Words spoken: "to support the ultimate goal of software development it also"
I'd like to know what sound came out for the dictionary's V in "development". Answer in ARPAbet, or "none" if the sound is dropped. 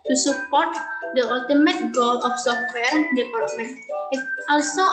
P